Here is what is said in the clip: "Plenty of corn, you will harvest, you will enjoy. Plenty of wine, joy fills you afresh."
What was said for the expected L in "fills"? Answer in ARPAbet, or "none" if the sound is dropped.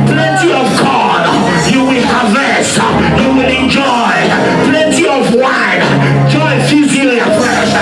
none